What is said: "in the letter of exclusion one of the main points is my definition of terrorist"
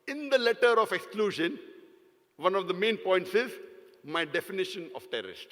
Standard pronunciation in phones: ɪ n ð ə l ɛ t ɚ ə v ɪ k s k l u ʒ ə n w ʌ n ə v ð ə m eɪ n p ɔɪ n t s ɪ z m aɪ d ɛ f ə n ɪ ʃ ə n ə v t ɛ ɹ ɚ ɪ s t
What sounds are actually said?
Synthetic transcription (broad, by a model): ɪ n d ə l ɛ t ɚ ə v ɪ k s k l u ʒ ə n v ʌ n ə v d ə m eɪ n p ɔɪ n t s ɪ z m aɪ d ɛ f ə n ɪ ʃ ə n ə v t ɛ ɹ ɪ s t